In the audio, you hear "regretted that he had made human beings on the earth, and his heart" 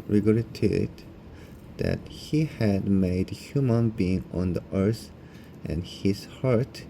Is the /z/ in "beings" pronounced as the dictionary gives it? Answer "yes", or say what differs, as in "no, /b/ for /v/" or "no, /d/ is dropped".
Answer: no, /z/ is dropped